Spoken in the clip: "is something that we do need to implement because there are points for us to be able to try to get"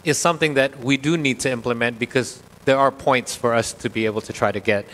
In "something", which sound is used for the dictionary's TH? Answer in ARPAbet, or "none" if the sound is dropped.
TH